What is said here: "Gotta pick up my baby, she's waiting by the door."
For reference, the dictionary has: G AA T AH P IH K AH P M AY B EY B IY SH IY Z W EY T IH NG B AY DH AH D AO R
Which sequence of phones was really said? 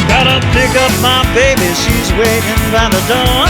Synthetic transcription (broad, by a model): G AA T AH P IH K AH P M AY B EY B IY SH IY Z W EY T IH NG B AY DH AH D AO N